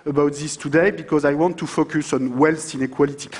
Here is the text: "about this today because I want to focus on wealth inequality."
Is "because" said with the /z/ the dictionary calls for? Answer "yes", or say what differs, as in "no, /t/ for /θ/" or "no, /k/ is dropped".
yes